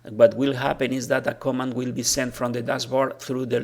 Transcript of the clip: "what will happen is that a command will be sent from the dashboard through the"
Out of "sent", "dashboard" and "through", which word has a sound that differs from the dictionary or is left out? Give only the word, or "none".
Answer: dashboard